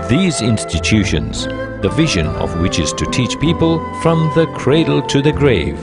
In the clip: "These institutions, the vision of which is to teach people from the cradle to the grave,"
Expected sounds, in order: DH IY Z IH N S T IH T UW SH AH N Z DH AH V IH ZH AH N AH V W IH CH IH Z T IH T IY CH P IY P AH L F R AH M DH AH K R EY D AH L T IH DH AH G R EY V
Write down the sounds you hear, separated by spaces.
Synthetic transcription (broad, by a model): DH IY Z IH N S T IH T UW SH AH N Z DH AH V IH ZH AH N AH V W IH CH IH Z T IH T IY CH P IY P AH L F R AH M DH AH K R EY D L T IH DH AH G R EY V